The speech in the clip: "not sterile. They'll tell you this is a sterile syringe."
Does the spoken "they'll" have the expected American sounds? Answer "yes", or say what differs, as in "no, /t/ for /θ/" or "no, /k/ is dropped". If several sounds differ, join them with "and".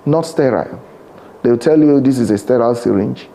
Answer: no, /w/ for /l/